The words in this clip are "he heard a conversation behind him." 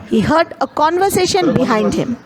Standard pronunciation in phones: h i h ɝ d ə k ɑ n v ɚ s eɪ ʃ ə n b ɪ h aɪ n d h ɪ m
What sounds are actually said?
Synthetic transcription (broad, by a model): h i h ɝ d ə k ɑ n v ɚ s eɪ ʃ ə n b ɪ h aɪ n d h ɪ m